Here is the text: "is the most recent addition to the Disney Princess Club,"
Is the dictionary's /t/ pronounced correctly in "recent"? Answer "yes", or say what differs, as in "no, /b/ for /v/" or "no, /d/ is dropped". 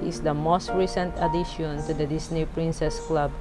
yes